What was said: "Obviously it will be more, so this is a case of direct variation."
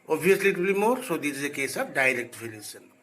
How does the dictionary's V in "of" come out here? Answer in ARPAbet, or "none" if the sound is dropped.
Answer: B